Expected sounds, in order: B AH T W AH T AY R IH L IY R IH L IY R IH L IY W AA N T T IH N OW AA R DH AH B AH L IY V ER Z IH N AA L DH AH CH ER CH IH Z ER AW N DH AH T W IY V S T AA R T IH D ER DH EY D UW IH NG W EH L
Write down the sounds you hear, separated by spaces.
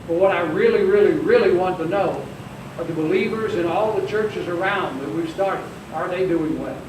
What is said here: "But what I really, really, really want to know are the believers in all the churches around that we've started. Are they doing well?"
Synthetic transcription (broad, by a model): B AH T W AH T AY R IH L IY R IH L IY R IH L IY W AA N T T IH N OW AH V DH AH B AH L IY V ER Z IH N AA L DH AH CH ER CH IH Z ER AW N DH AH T W IY V S T AA R T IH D ER DH EY D UW IH NG W EH L